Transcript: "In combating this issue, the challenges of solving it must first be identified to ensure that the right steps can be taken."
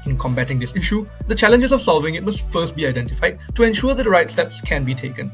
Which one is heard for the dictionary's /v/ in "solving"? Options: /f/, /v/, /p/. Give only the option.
/v/